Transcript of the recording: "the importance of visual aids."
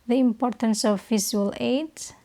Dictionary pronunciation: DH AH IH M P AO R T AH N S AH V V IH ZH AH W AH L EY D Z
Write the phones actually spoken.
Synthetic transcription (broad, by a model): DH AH IH M P AO R T AH N S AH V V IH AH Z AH L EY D